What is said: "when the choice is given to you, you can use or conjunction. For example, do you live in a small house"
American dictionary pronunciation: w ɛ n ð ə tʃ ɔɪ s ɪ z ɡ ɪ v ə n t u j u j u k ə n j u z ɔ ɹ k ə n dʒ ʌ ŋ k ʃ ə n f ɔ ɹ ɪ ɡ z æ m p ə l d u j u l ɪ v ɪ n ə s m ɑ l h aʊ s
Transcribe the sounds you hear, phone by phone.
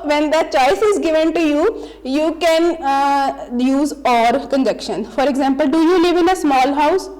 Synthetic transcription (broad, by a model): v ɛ n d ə tʃ ɔɪ s ɪ z ɡ ɪ v ə n t u j u j u k ə n j u z ɔ ɹ k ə n dʒ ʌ k ʃ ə n f ɔ ɹ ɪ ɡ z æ m p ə l d u j u l ɪ v ɪ n ə s m ɑ l h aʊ s